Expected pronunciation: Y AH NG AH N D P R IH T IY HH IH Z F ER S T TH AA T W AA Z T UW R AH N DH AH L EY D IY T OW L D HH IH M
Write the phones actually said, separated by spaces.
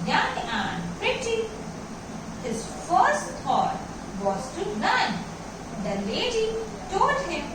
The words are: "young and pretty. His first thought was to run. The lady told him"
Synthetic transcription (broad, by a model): Y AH NG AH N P R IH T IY HH IH Z F ER S T T AA T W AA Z T UW L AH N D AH L EY D IY T OW L D HH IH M